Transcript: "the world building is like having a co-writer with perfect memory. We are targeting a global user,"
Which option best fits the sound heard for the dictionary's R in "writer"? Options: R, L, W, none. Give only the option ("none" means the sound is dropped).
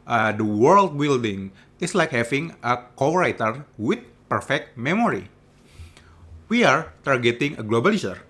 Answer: R